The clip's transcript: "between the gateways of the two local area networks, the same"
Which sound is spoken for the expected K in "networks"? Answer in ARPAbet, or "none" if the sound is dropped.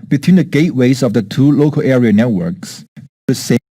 K